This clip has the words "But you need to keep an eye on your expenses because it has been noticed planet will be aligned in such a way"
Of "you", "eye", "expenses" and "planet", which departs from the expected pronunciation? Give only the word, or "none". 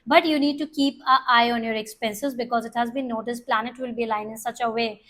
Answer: none